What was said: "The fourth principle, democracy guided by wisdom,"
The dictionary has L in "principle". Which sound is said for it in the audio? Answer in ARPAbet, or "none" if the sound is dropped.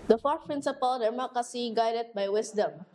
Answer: L